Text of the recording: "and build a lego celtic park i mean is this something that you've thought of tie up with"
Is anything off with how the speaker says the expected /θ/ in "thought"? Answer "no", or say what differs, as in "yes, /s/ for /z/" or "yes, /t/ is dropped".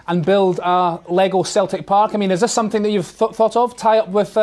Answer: no